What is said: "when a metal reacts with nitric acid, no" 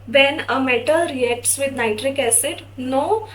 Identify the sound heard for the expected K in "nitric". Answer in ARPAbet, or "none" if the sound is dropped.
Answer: K